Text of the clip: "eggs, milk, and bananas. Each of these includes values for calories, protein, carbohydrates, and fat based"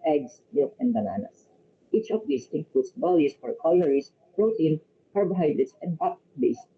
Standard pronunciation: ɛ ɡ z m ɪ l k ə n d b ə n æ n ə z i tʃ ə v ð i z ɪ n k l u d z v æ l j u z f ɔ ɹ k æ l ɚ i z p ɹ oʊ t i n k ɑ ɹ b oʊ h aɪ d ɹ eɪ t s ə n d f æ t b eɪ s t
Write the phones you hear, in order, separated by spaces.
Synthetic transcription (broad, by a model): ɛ ɡ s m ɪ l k ə n d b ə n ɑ n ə s i tʃ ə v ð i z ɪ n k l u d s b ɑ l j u s f ɔ ɹ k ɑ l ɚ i s p ɹ oʊ t i n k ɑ ɹ b h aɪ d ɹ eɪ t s ə n d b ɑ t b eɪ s